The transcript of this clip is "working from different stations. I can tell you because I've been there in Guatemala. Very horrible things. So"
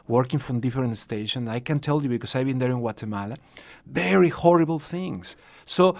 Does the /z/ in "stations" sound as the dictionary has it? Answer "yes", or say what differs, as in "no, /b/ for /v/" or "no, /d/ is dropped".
no, /z/ is dropped